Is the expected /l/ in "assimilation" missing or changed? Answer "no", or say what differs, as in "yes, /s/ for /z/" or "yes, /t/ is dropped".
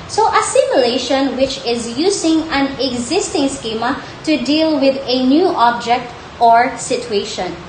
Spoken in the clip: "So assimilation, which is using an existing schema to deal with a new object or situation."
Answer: no